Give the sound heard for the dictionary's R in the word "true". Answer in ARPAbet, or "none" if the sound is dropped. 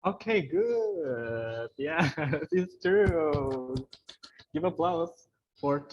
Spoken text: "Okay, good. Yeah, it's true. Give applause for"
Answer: none